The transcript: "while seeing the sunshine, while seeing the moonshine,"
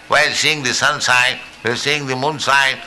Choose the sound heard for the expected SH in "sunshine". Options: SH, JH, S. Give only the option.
S